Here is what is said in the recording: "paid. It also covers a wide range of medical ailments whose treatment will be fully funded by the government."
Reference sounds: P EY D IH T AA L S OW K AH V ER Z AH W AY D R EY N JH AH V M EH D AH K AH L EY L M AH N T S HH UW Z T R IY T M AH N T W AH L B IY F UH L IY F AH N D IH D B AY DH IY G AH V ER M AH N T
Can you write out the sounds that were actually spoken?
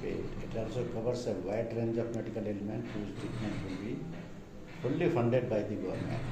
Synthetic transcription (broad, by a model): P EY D IH T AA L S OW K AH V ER S AH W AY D R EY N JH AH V M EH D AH K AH L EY L M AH N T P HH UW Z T IY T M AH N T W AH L B IY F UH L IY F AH N D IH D B AY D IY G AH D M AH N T